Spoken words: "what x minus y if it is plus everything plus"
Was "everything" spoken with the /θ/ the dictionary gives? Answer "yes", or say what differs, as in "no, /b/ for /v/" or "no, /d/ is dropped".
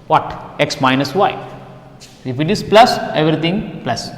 no, /t/ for /θ/